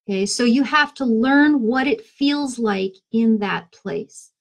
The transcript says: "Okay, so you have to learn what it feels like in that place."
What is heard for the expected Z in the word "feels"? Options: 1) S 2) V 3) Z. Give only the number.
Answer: 3